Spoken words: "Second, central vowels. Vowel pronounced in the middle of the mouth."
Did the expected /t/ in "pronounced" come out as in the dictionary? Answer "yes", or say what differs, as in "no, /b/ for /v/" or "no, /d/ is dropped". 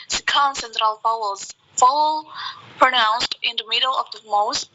yes